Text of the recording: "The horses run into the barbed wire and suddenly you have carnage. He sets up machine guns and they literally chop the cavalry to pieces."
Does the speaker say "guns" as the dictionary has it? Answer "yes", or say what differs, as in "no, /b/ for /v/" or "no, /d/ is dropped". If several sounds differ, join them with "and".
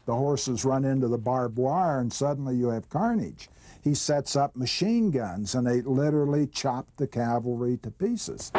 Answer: yes